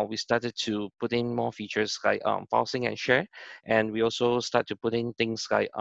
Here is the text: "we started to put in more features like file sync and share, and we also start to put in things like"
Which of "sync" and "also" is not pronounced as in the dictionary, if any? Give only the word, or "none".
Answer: sync